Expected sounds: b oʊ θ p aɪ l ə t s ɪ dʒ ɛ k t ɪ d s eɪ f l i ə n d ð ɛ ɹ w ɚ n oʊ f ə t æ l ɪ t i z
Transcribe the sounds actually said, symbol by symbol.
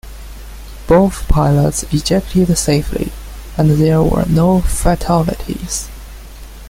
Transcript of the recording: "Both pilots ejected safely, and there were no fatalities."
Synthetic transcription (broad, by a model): b oʊ θ p aɪ l ə t s ɪ dʒ ɛ k t ɪ d s eɪ f l i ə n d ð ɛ ɹ w ɚ n oʊ f ə t æ l ɪ t i z